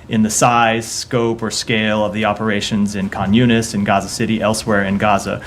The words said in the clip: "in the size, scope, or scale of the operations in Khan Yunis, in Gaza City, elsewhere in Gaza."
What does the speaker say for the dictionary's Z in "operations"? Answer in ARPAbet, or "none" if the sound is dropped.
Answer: Z